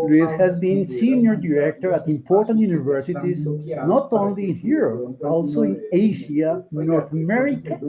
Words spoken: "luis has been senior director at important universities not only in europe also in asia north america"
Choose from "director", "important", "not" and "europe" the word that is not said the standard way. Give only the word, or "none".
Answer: europe